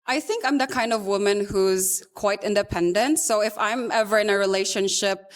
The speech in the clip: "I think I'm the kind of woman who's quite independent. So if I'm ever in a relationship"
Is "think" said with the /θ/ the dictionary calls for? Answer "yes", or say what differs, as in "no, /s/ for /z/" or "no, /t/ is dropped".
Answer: yes